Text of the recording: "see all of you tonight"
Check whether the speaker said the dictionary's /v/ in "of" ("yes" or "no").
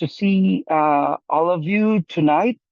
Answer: yes